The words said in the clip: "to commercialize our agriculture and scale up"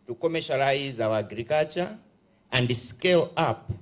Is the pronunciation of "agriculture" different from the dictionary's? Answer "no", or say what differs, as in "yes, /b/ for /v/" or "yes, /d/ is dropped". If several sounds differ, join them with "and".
yes, /l/ is dropped